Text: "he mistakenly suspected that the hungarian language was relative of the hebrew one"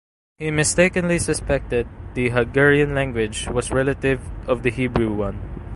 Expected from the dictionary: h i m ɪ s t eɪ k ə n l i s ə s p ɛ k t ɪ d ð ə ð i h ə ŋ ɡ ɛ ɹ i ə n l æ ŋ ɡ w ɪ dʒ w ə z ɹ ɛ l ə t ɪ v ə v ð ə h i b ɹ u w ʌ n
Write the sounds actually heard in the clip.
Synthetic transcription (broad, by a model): h i m ɪ s t eɪ k ə n l i s ə s p ɛ k t ɪ d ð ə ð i h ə ɡ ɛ ɹ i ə n l æ ŋ ɡ w ɪ dʒ w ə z ɹ ɛ l ə t ɪ v ə v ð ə h i b ɹ u w ʌ n